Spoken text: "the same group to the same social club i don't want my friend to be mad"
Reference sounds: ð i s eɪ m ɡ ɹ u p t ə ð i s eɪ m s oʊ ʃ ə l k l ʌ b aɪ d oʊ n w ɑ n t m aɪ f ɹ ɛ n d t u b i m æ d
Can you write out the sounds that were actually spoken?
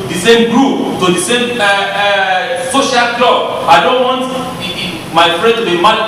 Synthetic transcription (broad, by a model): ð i s eɪ m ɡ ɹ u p t ə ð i s eɪ m s oʊ ʃ ə l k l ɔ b aɪ d oʊ n w ɑ n t m aɪ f ɹ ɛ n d t u b i m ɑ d